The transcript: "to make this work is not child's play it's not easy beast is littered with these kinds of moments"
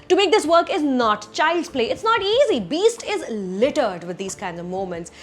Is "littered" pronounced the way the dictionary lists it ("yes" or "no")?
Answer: yes